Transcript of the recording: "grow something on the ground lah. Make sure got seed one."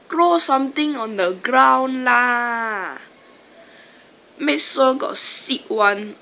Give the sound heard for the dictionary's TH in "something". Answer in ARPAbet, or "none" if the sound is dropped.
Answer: T